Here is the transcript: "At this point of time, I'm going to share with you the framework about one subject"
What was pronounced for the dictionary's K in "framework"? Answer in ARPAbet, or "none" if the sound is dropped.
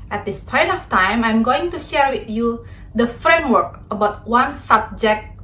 K